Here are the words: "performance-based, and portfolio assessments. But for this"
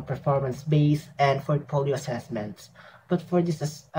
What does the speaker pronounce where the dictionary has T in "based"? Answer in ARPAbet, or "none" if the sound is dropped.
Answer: none